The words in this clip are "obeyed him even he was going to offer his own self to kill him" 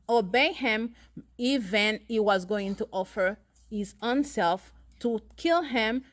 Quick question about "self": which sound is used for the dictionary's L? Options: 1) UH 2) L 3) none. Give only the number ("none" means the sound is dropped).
2